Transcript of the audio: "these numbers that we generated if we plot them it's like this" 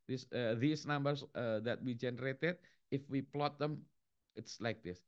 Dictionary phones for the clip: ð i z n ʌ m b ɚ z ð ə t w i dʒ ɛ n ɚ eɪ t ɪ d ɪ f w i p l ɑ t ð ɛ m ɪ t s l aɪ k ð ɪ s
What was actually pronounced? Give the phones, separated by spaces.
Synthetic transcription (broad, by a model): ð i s n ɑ m b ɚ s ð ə t w i dʒ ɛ n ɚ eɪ t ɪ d ɪ f w i p l ɑ t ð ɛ m ɪ t s l aɪ k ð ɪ s